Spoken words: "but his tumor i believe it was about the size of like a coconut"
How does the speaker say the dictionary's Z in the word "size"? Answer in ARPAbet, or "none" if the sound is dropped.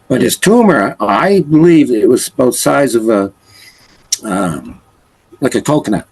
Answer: Z